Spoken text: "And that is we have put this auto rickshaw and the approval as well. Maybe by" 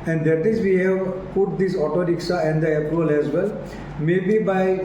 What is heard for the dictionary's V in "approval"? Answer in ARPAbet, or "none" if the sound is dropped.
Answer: none